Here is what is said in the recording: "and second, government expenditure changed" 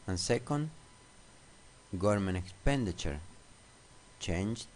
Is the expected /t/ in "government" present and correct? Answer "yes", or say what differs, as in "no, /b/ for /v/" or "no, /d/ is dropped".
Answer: no, /t/ is dropped